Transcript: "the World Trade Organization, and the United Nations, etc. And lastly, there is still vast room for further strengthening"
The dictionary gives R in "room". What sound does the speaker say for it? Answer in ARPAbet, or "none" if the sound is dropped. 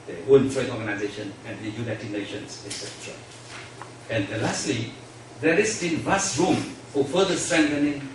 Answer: R